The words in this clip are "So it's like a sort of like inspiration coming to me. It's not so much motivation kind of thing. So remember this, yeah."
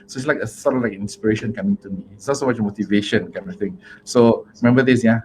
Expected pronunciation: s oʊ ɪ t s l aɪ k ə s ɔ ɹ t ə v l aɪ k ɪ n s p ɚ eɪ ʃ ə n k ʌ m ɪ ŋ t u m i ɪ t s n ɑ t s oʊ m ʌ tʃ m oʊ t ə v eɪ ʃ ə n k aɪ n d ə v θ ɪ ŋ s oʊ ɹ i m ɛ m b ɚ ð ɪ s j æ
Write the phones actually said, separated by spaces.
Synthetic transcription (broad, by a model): s oʊ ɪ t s l aɪ k ə s ɔ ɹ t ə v l aɪ k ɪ n s p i eɪ ʃ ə n k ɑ m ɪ ŋ t u m i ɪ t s n ɑ t s oʊ m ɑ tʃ m oʊ t ə v eɪ ʃ ə n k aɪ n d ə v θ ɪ ŋ s oʊ ɹ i m ɛ m b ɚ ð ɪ s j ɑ